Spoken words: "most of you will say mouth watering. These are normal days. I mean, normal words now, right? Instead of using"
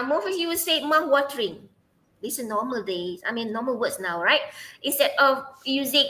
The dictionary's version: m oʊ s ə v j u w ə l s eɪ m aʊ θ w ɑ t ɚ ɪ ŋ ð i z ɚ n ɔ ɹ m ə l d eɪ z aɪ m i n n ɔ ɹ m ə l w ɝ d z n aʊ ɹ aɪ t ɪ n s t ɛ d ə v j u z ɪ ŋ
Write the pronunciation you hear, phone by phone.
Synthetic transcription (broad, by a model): m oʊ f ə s j u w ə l s eɪ m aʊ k w ɑ t ɚ ɪ ŋ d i s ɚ n ɔ m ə l d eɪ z aɪ m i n n ɔ m ə l w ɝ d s n aʊ ɹ aɪ t ɪ n s t ɛ d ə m j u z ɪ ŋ